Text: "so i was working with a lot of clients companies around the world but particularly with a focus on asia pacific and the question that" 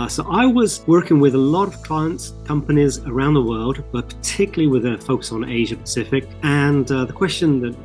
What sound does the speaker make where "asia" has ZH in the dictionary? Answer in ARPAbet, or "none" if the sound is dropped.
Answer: ZH